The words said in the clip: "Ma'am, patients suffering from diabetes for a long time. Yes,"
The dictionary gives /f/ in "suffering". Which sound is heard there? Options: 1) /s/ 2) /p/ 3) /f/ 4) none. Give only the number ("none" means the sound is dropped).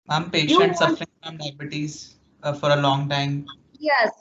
3